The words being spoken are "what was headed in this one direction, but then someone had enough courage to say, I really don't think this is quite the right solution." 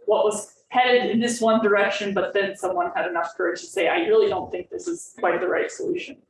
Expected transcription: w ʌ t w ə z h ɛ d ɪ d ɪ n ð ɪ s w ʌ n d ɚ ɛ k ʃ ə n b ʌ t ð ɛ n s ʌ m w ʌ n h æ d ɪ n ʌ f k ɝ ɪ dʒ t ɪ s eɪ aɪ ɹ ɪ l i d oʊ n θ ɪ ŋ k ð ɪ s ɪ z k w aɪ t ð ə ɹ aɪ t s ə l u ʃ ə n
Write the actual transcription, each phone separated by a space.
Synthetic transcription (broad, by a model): w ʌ t w ə z h ɛ d ɪ d ɪ n ð ɪ s w ʌ n d ɚ ɛ k ʃ ə n b ʌ t ð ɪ n s ʌ m w ʌ n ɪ d ɪ n ʌ f k ɝ ɪ dʒ t ɪ s eɪ aɪ ɹ ɪ l i d oʊ n θ ɪ ŋ k ð ɪ s ɪ z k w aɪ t ð ə ɹ aɪ t s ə l u ʃ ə n